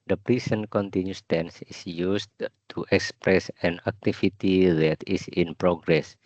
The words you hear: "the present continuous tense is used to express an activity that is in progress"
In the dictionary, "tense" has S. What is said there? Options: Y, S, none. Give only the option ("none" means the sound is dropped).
S